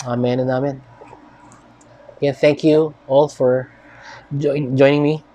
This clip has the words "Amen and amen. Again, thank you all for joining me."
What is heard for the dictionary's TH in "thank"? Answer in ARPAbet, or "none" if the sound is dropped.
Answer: TH